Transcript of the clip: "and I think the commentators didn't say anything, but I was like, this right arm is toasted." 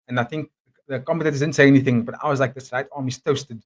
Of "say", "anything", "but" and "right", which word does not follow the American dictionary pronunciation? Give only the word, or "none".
none